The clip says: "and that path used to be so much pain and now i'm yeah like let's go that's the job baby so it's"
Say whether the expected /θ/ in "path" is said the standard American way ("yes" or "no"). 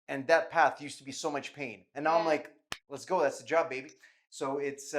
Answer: yes